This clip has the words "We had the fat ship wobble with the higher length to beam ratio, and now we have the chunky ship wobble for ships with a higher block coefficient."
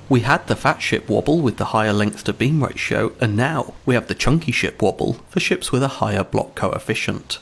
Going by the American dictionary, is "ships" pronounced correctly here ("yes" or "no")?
yes